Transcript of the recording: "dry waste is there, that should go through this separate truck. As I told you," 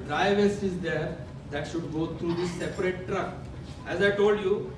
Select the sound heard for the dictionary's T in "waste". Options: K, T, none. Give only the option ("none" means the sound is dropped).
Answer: none